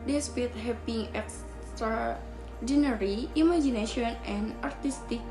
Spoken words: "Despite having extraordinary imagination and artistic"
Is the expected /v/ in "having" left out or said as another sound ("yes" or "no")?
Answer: yes